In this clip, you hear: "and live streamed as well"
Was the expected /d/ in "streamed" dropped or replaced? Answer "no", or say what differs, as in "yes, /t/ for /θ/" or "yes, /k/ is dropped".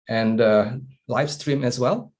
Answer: yes, /d/ is dropped